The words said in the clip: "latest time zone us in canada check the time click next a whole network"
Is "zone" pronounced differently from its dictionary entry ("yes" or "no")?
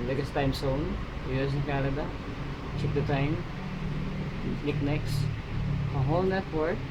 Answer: yes